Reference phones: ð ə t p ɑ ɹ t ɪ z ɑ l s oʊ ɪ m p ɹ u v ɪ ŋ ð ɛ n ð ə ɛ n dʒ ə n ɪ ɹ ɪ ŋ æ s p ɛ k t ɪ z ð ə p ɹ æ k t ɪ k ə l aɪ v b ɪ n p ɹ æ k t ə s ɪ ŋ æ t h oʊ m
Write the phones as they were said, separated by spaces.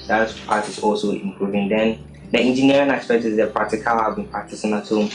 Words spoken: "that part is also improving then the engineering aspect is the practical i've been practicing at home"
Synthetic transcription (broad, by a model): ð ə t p ɑ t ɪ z ɑ l s oʊ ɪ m p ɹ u v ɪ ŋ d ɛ n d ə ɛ n dʒ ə n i ɹ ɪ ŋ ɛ s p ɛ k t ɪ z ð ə p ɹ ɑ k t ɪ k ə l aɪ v b ɪ n p ɑ t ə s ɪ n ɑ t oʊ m